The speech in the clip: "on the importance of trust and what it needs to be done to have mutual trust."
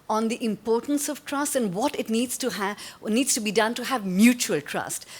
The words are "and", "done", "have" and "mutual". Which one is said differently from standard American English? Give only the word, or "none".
none